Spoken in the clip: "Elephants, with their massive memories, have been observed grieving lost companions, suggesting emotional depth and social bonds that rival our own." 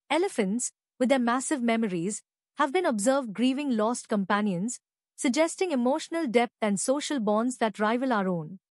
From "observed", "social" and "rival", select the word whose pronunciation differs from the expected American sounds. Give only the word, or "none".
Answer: none